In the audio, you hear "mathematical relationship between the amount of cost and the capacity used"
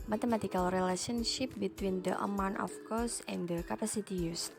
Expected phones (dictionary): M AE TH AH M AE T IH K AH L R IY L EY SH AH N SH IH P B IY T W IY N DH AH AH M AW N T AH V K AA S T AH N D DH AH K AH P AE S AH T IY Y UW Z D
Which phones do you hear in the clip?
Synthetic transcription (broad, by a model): M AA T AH M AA T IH K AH L R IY L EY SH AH N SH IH P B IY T W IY N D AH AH M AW N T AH F K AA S AH N D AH K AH P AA S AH T IY Y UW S